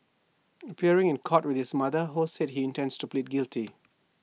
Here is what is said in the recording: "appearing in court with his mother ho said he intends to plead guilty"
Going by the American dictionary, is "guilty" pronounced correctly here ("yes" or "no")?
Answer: yes